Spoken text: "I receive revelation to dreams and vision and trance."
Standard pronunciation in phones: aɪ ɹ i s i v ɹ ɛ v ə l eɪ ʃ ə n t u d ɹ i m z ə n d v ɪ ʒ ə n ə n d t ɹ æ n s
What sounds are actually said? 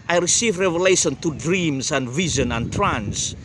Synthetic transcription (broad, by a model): aɪ ɹ i s i v ɹ ɛ v ə l eɪ ʃ ə n t u d ɹ i m z ə n d v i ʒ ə n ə n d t ɹ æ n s